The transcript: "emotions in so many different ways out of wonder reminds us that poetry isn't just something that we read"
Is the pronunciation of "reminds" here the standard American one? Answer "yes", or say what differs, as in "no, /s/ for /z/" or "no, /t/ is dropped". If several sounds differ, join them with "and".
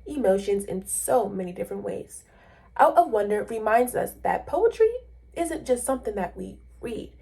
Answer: yes